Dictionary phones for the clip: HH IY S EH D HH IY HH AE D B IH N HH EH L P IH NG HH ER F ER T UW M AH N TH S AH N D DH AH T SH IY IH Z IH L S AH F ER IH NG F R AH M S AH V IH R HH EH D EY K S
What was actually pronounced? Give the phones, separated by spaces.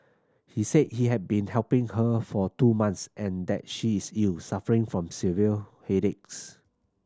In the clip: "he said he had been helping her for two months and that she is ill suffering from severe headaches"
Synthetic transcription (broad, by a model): HH IY S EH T HH IY HH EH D B IH N HH EH L P IH NG HH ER F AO T UW M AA N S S AH N D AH T SH IY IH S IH L S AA F ER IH NG F R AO M S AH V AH L HH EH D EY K S